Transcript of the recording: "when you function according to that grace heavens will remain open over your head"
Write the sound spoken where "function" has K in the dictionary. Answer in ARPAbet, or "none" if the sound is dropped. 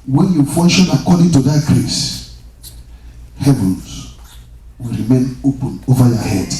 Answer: none